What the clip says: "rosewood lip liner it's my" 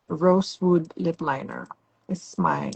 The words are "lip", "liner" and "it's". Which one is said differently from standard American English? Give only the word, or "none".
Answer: it's